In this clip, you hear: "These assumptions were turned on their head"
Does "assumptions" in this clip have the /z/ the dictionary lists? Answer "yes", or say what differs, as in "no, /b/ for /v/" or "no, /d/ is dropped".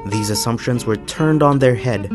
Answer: yes